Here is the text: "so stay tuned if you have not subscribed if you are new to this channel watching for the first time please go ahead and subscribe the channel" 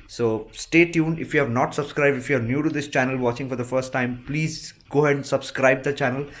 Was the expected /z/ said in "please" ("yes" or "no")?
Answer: yes